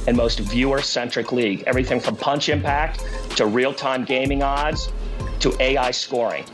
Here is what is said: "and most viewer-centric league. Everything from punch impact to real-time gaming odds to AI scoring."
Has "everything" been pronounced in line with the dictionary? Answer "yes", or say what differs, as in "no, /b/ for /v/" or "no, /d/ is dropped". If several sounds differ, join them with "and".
yes